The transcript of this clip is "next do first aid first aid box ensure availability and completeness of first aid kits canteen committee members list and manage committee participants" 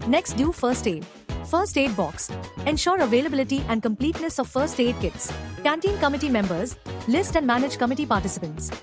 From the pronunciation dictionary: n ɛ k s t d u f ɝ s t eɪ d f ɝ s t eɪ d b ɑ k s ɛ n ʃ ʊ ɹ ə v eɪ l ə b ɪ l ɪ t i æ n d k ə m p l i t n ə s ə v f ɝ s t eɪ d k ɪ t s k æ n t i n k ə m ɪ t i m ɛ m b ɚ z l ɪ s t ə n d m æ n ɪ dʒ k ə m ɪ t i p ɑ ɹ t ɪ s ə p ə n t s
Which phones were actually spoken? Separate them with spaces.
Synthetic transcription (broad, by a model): n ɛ k s t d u f ɝ s t eɪ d f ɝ s t eɪ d b ɑ k s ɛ n ʃ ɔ ɹ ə v eɪ l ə b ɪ l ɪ t i æ n d k ə m p l i t n ə s ə v f ɝ s t eɪ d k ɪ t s k æ n t i n k ə m ɪ t i m ɛ m b ɚ z l ɪ s t ə n d m æ n ɪ dʒ k ə m ɪ t i p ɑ ɹ t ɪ s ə p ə n t s